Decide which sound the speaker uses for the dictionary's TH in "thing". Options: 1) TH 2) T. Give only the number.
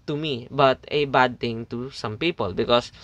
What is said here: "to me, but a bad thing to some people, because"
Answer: 2